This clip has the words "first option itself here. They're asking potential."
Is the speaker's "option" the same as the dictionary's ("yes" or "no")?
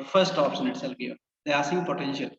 no